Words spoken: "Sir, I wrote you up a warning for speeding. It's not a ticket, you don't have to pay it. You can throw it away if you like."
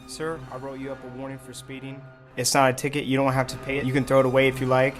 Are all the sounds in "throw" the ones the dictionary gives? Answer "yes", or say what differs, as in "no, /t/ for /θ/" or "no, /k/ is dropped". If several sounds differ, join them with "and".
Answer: yes